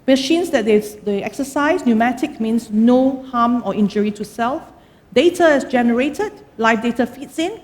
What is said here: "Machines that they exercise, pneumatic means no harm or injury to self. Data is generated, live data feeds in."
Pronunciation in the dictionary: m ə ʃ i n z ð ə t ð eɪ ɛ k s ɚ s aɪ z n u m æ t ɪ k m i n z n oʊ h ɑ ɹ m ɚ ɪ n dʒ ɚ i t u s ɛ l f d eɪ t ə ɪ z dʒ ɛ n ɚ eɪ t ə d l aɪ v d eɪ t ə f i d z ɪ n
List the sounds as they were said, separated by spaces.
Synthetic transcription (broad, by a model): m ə ʃ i n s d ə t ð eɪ ɛ k s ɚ s aɪ s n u m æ t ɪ k m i n s n oʊ h ɑ m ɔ ɪ n dʒ ɚ i t u s ɛ l f d eɪ t ə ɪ s dʒ ɛ n ɚ eɪ t ə d l aɪ f d eɪ t ə f i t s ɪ n